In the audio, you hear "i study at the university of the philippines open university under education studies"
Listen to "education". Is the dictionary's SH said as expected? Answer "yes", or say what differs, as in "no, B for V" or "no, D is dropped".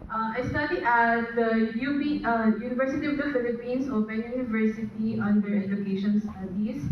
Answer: yes